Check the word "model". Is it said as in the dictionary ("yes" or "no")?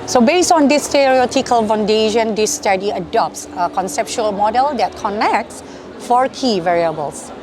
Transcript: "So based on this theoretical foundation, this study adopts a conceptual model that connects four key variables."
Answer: yes